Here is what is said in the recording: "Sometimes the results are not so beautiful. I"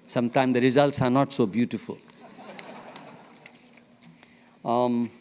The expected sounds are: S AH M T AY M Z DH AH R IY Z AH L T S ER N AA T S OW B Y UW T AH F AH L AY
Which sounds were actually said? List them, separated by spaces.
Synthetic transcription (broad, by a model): S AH M T AY M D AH R IY Z AH L T S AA N AA T S OW B Y UW T AH F AH L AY